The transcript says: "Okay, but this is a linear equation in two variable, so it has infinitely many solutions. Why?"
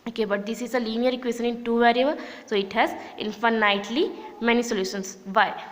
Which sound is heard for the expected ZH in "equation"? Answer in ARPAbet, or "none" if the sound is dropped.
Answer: S